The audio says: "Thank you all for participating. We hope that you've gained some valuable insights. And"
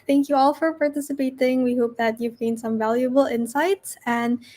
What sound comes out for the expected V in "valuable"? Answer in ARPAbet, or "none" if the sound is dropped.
V